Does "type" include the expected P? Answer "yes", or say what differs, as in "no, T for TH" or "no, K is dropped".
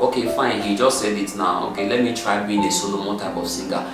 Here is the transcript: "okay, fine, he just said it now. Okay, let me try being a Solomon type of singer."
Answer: no, B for P